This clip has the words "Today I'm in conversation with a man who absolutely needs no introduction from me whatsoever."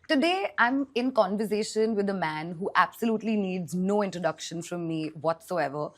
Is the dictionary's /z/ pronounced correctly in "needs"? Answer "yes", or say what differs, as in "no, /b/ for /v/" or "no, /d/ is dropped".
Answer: yes